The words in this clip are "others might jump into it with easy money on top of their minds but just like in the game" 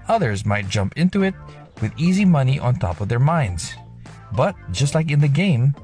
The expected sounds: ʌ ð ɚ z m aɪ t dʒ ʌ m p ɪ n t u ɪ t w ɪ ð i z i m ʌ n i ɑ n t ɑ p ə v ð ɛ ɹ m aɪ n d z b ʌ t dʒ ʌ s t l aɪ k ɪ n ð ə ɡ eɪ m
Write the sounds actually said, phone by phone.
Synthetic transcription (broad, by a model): ʌ ð ɚ z m aɪ t dʒ ʌ m p ɪ n t u ɪ t w ɪ ð i z i m ʌ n i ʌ n t ɑ p ə v ð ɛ ɹ m aɪ n d z b ʌ t dʒ ʌ s t l aɪ k ɪ n ð ə ɡ eɪ m